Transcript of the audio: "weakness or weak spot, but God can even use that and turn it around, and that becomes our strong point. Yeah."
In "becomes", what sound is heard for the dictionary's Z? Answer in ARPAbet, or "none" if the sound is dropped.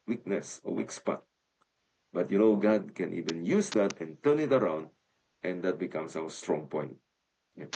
S